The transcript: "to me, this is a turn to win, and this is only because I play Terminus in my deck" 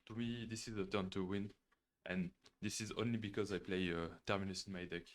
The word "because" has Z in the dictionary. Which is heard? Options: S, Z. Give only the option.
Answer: Z